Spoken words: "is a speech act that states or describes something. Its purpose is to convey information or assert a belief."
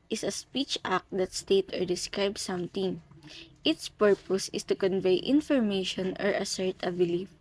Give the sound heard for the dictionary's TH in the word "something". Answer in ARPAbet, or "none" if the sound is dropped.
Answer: T